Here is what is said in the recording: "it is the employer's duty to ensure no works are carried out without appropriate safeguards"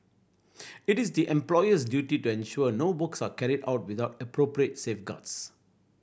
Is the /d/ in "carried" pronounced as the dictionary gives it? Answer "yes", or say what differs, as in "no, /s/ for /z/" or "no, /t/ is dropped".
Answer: yes